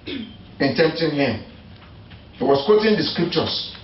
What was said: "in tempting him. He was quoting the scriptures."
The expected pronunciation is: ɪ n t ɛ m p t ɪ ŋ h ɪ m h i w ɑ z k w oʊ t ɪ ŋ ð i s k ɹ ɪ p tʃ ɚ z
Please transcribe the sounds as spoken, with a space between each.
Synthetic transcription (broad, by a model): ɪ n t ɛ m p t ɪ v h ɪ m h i w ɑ s k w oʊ t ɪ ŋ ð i s k ɹ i p tʃ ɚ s